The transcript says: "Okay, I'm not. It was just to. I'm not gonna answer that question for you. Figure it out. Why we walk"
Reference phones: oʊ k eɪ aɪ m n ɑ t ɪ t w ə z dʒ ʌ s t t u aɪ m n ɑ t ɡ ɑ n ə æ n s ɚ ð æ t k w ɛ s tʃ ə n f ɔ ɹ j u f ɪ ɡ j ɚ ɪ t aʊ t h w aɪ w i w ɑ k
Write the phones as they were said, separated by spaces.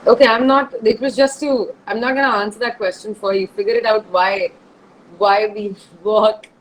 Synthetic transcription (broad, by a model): oʊ k eɪ aɪ m n ɑ t ɪ t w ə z dʒ ʌ s t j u aɪ m n ɑ t ɡ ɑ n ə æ n s ɚ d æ t k w ɛ s tʃ ə n f ɔ ɹ j u f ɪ ɡ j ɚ ɪ t aʊ t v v aɪ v i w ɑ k